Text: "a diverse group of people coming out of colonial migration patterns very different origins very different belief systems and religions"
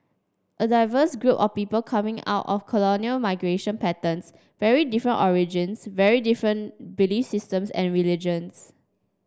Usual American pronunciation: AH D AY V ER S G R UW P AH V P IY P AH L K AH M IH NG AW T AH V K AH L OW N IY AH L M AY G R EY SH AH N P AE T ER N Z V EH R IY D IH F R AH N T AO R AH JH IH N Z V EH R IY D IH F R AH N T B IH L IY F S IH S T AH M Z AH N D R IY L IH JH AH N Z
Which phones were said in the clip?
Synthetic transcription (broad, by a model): AH D AY V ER S G R UW P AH F P IY P AH L K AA M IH NG AW T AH F K AH L OW N IY AH L M AY G R EY SH AH N P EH T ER N S V EH R IY D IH F R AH N T AO R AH JH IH N S V EH R IY D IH F R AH N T B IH L IY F S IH S T AH M S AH N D R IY L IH JH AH N S